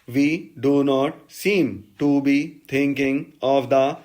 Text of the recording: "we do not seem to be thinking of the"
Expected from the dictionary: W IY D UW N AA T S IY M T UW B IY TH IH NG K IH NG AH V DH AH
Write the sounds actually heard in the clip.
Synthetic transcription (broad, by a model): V IY D UW N AA T S IY M T UW B IY T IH NG K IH NG AH V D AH